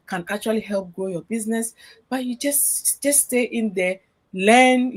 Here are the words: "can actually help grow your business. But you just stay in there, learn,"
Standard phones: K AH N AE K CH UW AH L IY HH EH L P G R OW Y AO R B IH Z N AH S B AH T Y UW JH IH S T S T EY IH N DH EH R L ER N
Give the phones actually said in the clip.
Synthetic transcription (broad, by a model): K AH N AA K CH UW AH L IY HH EH L P G OW Y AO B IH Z N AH S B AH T Y UW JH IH S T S T EY IH N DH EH L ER N